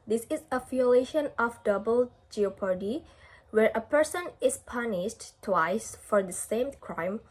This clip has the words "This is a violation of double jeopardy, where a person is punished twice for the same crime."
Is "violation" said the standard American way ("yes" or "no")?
no